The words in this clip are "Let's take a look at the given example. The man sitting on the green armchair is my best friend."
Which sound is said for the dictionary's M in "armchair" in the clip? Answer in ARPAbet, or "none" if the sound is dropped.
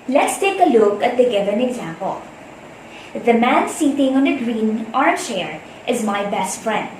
none